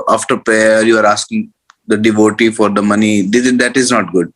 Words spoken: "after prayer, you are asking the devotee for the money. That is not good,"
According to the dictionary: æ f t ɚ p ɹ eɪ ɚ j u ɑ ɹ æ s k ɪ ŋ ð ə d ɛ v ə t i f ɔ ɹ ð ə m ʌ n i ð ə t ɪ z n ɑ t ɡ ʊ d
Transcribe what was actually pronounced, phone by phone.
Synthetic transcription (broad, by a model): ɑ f t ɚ p eɪ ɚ j u ɑ ɹ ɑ s k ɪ ŋ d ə d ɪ v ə t i f ɔ ɹ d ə m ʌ n i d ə t ɪ z n ɑ t ɡ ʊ d